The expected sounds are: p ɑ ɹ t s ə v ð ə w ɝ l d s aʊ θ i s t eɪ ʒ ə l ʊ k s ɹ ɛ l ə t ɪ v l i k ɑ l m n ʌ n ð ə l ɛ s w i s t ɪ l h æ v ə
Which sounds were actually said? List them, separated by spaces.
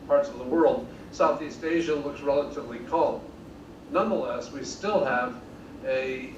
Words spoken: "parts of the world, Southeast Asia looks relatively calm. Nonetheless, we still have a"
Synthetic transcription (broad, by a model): p ɑ ɹ t s ə v ð ə w ɝ l d s aʊ θ i s t eɪ ʒ ə l ʊ k s ɹ ɛ l ə t ɪ v l i k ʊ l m n ʌ n ð ə l ɛ s w i s t ɪ l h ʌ v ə